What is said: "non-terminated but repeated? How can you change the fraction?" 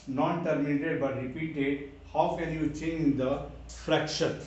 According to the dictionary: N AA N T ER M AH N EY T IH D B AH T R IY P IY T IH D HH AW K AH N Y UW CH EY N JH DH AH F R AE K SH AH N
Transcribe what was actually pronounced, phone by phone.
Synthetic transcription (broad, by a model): N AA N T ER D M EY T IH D B AH T R IY P IY T IH D HH AW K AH L Y UW CH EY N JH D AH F R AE K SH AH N